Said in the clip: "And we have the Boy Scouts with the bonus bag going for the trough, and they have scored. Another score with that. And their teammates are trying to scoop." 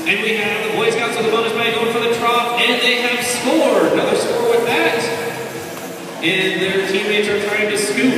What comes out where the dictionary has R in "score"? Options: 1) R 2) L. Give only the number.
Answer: 1